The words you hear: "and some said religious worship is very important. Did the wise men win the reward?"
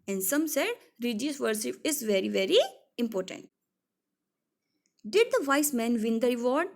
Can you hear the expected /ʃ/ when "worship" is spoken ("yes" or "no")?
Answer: no